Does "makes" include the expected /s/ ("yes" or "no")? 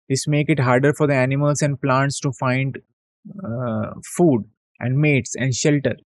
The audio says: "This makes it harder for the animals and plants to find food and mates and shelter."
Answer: no